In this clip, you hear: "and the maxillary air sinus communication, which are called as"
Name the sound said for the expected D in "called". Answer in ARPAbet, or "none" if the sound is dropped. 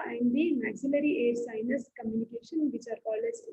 none